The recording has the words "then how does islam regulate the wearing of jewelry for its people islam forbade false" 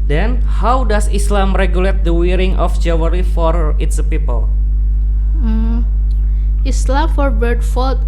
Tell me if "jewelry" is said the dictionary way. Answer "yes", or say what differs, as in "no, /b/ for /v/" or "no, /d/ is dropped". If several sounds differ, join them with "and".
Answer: no, /w/ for /l/